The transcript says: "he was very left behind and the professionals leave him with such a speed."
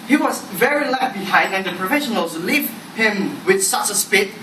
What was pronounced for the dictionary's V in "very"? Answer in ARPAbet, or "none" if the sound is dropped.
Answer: V